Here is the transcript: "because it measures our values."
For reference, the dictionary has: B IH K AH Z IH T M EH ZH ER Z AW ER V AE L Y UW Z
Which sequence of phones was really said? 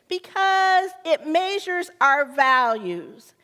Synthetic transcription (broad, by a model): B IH K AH Z IH T M EH ZH ER Z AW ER V AE L Y UW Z